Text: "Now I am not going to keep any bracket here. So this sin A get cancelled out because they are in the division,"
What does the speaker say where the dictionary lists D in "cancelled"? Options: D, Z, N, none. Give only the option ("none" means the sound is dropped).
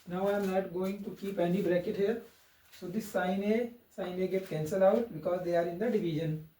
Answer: none